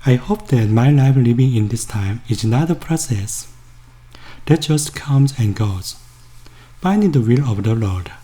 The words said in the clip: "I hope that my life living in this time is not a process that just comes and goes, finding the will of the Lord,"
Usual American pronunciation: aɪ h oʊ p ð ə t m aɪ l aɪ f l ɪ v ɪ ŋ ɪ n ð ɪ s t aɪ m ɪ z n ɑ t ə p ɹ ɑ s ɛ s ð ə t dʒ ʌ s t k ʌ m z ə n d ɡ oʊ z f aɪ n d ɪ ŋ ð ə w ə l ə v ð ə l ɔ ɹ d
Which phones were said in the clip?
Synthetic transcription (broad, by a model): aɪ h oʊ p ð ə t m aɪ l aɪ f l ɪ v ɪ ŋ ɪ n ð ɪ s t aɪ m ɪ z n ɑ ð ə p ɹ ɑ s ɛ s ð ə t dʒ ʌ s t k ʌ m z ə n ɡ oʊ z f aɪ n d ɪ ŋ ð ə w ə l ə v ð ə l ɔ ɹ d